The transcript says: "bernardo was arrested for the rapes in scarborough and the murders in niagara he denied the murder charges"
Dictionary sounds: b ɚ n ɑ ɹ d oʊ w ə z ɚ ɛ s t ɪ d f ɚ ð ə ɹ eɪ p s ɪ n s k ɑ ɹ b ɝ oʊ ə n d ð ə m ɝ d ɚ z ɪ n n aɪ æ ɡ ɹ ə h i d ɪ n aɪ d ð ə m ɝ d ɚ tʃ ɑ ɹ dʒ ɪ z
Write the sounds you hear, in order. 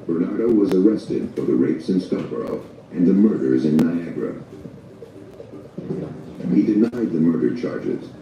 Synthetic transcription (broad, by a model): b ɚ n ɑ ɹ d oʊ w ə z ɚ ɛ s t ɪ d f ɚ ð ə ɹ eɪ p s ɪ n s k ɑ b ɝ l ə n ð ə m ɝ d ɚ z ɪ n n aɪ æ ɡ ɹ ə h i d ɪ n aɪ d ð ə m ɝ d ɚ tʃ ɑ ɹ dʒ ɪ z